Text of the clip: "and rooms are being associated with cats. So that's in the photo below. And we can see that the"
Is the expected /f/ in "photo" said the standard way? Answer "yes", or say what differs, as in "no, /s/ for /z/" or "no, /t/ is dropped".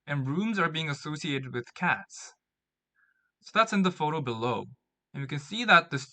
yes